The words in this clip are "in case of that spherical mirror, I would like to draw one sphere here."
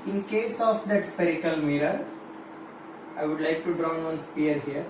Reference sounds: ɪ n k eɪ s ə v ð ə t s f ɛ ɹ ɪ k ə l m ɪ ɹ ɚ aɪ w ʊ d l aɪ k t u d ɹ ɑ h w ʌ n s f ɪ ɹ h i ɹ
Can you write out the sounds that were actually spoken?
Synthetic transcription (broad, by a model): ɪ n k eɪ s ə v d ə t s p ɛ ɹ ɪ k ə l m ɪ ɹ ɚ aɪ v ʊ d l aɪ k t u d ɹ ɑ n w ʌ n s p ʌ ɹ h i ɹ